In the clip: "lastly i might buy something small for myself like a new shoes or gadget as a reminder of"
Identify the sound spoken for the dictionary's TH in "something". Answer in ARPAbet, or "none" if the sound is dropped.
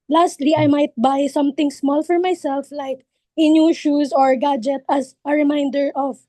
T